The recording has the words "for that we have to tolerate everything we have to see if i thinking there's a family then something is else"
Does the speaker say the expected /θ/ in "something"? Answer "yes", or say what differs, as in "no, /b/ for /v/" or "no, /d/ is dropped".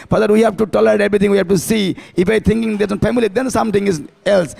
no, /t/ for /θ/